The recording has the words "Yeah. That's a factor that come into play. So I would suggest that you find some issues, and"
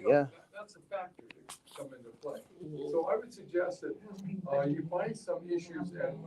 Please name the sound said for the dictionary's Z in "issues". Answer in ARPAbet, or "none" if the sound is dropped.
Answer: Z